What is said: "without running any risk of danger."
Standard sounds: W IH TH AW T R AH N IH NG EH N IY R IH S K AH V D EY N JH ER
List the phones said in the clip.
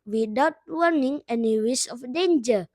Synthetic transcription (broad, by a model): W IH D AW T W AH N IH NG EH N IY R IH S AH F D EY N JH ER